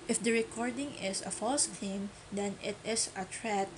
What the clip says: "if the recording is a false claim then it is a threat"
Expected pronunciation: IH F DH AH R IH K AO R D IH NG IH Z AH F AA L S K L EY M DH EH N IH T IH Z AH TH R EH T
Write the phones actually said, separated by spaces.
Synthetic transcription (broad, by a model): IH F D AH R IH K AO R D IH NG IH S AH F AA L S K EY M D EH N IH T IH S AH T R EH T